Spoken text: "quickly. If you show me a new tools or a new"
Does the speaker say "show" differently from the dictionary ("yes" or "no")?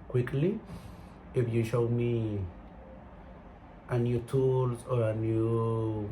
no